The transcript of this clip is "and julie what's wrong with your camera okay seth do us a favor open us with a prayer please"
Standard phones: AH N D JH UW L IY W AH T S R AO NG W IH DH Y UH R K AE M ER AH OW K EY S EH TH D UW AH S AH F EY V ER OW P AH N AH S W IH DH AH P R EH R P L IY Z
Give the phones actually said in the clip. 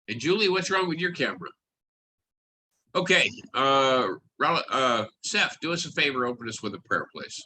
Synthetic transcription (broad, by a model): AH N JH UW L IY W AH T S R AO NG W IH DH Y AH R K AE M ER AH OW K EY S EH F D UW AH S AH F EY V ER OW P AH N AH S W IH DH AH P R EH R P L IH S